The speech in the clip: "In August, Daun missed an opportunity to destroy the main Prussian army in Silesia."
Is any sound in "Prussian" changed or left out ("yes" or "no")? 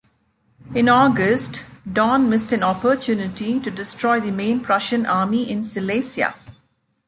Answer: no